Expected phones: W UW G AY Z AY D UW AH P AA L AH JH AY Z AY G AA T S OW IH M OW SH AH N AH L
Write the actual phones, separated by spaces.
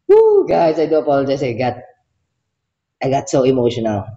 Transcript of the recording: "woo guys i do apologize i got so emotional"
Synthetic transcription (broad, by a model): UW G AY S AY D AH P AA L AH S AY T AY G AA T S OW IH M OW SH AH N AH L